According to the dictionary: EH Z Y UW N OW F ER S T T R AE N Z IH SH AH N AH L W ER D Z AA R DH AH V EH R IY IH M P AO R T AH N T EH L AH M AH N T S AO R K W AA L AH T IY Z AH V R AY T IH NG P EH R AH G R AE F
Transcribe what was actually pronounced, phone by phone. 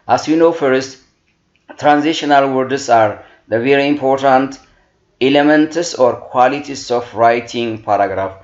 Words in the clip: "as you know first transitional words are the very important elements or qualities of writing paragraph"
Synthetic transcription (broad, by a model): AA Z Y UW N OW F ER S T T R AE N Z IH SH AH N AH L W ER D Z AA R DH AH V EH R IY IH M P AO R T AH N T EH L AH M AH N T S AO R K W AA L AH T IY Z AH F R AY T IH NG P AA R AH G R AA F